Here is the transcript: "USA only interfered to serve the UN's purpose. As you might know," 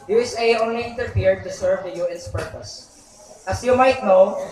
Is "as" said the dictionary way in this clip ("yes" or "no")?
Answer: no